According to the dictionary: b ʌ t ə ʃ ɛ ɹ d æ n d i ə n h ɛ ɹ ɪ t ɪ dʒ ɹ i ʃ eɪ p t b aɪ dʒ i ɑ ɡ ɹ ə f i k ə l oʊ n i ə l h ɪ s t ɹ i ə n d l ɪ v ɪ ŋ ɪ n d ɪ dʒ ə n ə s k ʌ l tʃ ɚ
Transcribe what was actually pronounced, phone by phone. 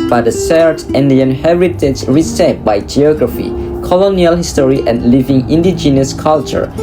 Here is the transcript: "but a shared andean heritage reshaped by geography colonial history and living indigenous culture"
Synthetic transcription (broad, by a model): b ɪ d ə s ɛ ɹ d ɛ n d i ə n h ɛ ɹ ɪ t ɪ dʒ ɹ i s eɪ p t b aɪ dʒ i ɑ ɡ ɹ ə f i k ə l oʊ n i ə l h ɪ s t ɹ i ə n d l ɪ v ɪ ŋ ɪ n d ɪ dʒ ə n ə s k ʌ l tʃ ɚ